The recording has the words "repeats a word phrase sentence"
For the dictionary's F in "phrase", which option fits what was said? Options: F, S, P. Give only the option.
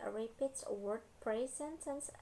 P